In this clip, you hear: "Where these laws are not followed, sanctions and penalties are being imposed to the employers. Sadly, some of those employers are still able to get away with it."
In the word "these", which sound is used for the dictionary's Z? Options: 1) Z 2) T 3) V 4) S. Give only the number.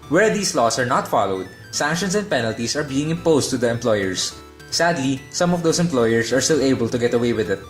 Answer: 4